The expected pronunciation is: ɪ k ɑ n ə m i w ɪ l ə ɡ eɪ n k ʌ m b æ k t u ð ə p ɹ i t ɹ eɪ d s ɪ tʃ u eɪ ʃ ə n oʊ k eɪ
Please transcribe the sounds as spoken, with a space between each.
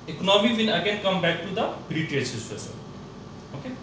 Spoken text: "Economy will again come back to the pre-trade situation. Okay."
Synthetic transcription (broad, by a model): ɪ k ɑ n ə m i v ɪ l ə ɡ eɪ n k ʌ m b æ k t u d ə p ɹ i t eɪ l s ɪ s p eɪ s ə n oʊ k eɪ